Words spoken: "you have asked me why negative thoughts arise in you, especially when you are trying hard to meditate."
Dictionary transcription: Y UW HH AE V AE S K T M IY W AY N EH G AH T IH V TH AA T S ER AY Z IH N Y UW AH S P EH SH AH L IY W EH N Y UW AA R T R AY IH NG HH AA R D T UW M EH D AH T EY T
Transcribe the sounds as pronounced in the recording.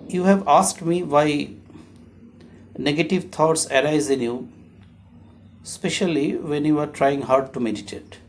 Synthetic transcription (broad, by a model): Y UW HH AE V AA S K T M IY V AY N EH G AH T IH V T AA T S ER AY Z IH N Y UW S P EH SH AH L IY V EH N Y UW AA R T R AY IH NG HH AA R D T UW M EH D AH T EY T